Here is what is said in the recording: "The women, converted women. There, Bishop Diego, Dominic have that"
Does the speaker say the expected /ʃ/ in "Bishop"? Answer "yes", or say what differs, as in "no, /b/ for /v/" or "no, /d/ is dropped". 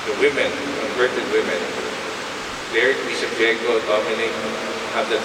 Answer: no, /s/ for /ʃ/